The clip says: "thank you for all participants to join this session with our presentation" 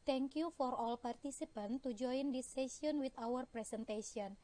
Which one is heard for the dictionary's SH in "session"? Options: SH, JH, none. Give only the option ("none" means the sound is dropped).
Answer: none